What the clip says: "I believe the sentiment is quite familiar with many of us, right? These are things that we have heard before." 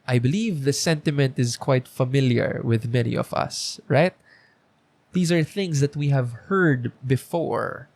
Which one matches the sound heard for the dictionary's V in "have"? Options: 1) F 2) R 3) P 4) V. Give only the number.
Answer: 4